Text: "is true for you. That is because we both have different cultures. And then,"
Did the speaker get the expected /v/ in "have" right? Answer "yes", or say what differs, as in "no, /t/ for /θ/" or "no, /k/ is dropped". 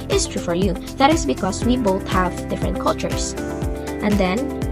yes